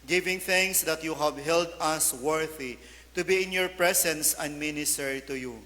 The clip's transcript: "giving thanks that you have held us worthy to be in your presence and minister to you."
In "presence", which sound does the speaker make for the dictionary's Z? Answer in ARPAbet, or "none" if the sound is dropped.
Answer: S